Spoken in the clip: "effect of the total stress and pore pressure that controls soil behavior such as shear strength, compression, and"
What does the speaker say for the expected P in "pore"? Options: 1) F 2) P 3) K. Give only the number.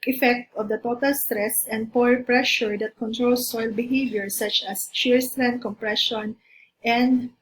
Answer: 2